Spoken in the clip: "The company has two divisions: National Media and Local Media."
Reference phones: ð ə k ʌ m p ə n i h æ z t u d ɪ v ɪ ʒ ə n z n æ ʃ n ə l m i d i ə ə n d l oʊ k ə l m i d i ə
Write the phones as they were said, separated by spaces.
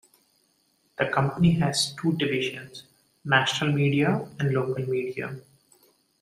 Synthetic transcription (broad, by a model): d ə k ʌ m p ə n i h æ z t u d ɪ v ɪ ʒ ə n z n æ ʃ n ə l m i d i ə ə n d l oʊ k ə l m i d i ə